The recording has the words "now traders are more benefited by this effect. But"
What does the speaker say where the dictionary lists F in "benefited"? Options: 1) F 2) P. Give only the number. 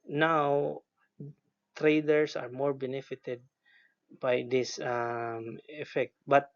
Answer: 1